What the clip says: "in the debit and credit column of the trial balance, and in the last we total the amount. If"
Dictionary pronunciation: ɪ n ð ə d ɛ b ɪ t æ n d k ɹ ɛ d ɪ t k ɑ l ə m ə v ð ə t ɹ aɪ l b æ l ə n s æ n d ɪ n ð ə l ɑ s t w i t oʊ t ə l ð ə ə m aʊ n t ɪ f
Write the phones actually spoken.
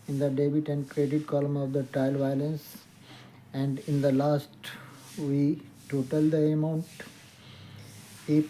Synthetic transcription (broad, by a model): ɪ n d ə d ɛ b ɪ t æ n d k ɹ ɛ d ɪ t k ɑ l ə m ə v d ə t ɹ aɪ l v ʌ l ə n s æ n d ɪ n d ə l ɑ s t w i t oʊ t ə l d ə ə m aʊ n t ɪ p